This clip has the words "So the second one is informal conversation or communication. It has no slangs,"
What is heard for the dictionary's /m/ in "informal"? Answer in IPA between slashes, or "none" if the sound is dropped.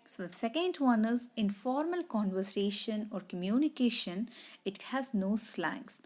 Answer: /m/